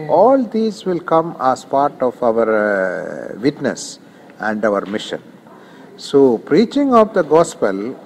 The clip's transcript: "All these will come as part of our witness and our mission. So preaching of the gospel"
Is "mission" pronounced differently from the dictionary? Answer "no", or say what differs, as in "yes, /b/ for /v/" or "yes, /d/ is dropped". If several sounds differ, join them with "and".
no